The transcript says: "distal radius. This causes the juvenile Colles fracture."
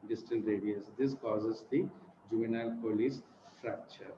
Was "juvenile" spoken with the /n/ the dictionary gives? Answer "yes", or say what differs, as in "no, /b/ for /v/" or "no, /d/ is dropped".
yes